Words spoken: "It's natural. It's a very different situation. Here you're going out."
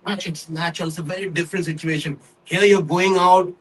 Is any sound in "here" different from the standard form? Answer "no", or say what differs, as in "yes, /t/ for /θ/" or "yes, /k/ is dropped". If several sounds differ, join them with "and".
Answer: yes, /l/ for /ɹ/